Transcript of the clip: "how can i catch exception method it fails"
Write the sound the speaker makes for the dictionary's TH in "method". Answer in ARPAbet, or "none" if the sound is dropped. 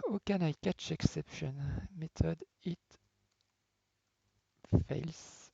T